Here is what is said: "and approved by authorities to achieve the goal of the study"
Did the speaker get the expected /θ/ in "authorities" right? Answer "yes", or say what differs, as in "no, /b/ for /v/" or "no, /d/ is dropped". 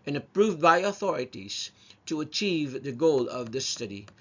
yes